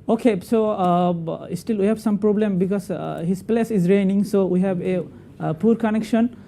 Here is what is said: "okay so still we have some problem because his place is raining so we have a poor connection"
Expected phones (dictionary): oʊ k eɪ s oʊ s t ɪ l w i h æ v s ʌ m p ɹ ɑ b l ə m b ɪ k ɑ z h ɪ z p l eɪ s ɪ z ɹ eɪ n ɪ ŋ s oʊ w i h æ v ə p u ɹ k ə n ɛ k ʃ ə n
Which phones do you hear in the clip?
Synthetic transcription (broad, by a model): oʊ k eɪ s oʊ s t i l w i h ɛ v s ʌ m p ɹ ɑ b l ə m b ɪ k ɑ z h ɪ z p l eɪ s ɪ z ɹ eɪ n ɪ ŋ s oʊ w i h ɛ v ə p u ɹ k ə n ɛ k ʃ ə n